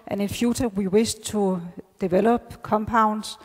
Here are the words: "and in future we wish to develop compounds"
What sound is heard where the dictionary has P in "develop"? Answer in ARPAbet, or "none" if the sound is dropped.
B